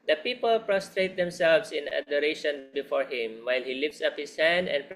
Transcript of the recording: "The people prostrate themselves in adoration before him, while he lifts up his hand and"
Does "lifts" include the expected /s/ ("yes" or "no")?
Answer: yes